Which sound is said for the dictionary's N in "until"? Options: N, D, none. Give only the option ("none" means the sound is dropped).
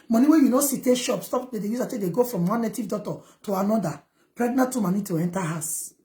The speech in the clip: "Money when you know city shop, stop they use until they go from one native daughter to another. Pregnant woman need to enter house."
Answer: none